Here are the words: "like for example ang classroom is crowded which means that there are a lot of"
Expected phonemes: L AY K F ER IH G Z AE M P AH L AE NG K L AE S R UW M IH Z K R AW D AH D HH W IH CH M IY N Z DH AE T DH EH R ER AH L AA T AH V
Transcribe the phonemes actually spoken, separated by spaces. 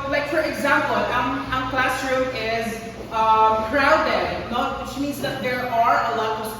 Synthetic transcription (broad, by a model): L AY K F ER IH G Z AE M P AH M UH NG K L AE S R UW IH Z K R AW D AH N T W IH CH M IY N Z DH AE T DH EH R ER AH L AA T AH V